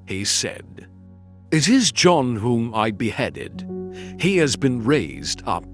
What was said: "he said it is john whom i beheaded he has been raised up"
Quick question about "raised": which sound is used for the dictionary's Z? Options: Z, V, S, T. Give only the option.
Z